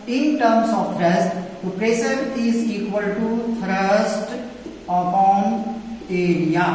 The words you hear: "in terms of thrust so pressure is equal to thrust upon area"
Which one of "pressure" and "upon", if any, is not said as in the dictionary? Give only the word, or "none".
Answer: pressure